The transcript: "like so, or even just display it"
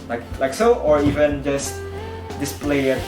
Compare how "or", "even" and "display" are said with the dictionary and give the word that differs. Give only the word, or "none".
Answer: none